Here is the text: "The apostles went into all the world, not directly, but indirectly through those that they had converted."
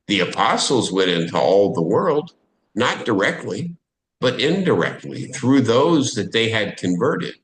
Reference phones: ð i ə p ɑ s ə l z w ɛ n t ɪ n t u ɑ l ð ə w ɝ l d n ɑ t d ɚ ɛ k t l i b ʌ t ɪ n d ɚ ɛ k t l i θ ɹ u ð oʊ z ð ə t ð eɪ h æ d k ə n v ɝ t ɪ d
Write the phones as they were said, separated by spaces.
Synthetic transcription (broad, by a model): ð i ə p ɑ s l z w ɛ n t ɪ n t u ɑ l ð ə w ɝ l d n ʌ t d ɚ ɛ k t l i b ʌ t ɪ n d ɚ ɛ k t l i θ ɹ u ð oʊ z ð ə t ð eɪ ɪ d k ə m v ɝ t ɪ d